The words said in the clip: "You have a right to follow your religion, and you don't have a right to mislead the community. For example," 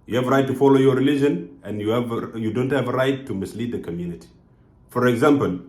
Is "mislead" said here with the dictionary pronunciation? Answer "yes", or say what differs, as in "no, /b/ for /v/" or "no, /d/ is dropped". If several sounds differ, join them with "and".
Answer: yes